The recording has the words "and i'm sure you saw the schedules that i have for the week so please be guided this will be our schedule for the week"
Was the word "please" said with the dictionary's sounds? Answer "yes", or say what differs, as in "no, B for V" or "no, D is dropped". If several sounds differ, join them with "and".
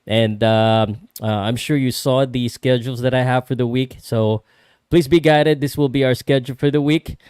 yes